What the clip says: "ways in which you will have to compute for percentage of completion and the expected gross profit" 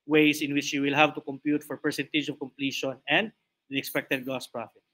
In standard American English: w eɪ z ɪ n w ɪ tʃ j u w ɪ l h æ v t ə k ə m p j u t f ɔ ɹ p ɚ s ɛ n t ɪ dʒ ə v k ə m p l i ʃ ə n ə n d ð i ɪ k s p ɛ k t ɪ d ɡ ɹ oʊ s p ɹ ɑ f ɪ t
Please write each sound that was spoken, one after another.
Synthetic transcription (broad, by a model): w eɪ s ɪ n w ɪ tʃ j u w ɪ l h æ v t ə k ə m p j u t f ɔ ɹ p ɚ s ɛ n t ɪ dʒ ə v k ə m p l i ʃ ə n ə n d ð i ɪ k s p ɛ k t ɪ d ɡ oʊ s p ɹ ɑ f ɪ t